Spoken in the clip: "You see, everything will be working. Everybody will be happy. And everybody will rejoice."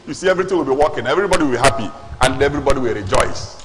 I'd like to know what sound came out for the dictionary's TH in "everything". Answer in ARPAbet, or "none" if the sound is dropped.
T